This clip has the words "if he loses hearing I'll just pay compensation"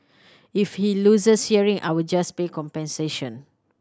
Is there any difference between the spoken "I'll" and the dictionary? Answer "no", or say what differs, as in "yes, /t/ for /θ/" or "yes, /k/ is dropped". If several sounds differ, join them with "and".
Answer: yes, /w/ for /l/